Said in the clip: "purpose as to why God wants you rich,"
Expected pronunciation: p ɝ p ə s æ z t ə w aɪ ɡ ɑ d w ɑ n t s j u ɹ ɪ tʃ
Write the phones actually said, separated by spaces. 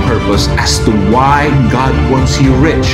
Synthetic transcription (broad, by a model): p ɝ p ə s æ s t ə w aɪ ɡ ɑ d w ɑ n t s j u ɹ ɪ tʃ